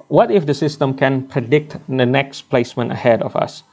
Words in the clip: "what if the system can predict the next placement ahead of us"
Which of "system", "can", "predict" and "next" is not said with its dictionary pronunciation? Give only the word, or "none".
none